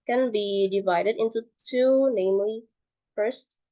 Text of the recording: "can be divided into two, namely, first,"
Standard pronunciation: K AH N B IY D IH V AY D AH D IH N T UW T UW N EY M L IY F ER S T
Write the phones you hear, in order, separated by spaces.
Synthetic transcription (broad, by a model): K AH N B IY D IH V AY D AH D IH N T UW T UW N EY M L IY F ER S T